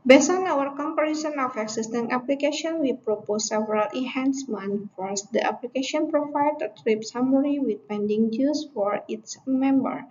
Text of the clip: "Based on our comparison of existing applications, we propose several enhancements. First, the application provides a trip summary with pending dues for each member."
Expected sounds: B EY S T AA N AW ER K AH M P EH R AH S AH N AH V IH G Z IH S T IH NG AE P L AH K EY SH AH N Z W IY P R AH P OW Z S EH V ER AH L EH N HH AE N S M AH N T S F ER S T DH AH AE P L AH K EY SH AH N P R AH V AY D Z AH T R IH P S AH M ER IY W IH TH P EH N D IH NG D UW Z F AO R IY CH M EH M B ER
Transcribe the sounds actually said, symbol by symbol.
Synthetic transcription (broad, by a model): B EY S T AA N AW ER K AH M P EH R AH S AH N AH F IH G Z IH S T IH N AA P L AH K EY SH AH N W IY P R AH P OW S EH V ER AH L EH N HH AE N S M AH N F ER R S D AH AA P L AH K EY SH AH N P R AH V AY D AH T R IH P S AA M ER IY W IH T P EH N D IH NG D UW S F AO R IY S M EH M B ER